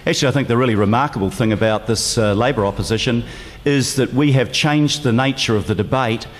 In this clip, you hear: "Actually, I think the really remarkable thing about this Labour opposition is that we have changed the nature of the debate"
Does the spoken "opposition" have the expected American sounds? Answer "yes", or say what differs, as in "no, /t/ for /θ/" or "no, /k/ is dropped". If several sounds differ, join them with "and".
yes